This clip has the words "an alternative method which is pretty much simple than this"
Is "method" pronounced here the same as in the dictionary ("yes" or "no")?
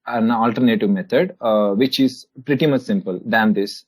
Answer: no